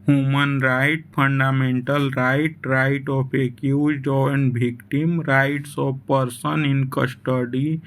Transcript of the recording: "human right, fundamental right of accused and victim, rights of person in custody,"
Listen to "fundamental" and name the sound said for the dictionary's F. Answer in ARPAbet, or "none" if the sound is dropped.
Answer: P